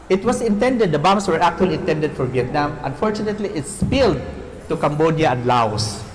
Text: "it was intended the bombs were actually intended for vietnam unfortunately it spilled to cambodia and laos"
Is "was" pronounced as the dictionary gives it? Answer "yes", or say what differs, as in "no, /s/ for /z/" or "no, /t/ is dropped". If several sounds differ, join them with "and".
no, /s/ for /z/